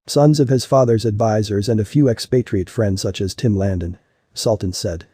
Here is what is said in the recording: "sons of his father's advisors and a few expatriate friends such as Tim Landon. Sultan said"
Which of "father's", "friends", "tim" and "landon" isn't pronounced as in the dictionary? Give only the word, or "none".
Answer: none